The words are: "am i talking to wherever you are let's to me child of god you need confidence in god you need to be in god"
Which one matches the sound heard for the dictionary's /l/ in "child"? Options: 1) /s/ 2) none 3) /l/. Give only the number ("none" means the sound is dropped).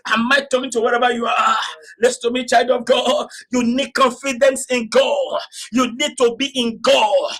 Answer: 3